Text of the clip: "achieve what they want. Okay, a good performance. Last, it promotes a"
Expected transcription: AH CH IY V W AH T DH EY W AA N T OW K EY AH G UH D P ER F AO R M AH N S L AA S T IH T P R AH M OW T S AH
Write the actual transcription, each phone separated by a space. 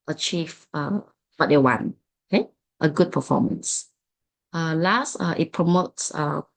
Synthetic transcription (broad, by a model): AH CH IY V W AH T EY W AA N OW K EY AH G UH D P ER F AO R M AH N S L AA S T IH T P R AH M OW T S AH